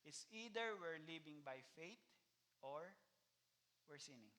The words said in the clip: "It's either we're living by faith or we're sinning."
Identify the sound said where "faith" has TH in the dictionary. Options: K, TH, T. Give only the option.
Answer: T